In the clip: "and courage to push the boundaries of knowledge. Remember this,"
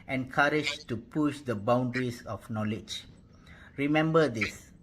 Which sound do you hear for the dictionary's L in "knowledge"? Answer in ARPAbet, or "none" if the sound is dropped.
L